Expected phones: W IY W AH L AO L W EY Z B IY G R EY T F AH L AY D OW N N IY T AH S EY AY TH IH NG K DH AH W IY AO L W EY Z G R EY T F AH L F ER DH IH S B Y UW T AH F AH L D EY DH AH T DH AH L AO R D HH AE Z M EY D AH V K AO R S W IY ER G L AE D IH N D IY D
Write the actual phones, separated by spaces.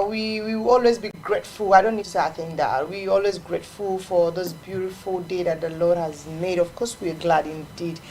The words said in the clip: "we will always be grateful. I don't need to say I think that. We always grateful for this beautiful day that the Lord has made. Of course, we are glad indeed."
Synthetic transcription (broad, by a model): W IY W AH W AO L W EY Z B IY G R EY T F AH L AY D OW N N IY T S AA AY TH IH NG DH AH W IY AO L W EY Z G R EY T F AH L F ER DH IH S B Y UW T AH F AH L D EY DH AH T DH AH L AO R D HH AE Z M EY D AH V K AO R S W IY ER G L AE D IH N D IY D